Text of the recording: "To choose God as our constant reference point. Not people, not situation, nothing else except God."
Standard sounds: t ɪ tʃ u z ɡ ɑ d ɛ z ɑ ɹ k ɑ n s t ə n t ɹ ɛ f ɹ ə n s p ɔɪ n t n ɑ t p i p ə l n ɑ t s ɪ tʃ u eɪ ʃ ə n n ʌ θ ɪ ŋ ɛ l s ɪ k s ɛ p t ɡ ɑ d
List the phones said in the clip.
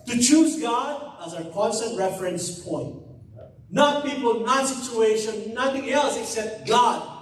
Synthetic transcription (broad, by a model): t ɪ tʃ u z ɡ ɑ d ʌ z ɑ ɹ k ɑ n s t ə n t ɹ ɛ f ɹ ə n s p ɔɪ n t n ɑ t p i p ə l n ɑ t s ɪ tʃ u eɪ ʃ ə n n ʌ θ ɪ ŋ ɛ l s ɪ k s ɛ p t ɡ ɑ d